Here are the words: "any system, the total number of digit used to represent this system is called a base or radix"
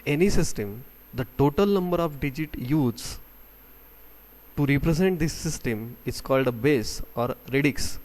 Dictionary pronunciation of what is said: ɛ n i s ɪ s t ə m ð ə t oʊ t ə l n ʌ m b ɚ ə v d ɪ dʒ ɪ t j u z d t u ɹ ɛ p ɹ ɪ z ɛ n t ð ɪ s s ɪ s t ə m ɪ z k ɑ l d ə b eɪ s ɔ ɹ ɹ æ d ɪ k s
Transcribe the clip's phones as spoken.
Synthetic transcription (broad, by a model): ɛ n i s ɪ s t ə m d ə t oʊ t ə l n ʌ m b ɚ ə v d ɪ dʒ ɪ t j u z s t u ɹ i p ɹ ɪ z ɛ n t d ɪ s s ɪ s t ə m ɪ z k ɑ l d ə b eɪ s ɔ ɹ ɹ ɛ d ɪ k s